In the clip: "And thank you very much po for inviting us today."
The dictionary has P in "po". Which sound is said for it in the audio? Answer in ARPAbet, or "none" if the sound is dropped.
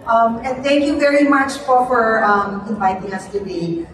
F